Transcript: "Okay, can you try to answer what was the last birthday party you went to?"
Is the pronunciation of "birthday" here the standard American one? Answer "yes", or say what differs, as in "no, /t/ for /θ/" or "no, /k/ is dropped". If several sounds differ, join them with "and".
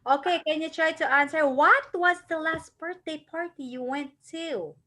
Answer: no, /t/ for /θ/